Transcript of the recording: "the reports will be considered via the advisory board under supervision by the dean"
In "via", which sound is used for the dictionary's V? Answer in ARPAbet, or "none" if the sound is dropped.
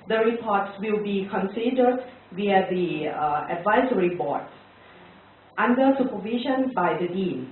W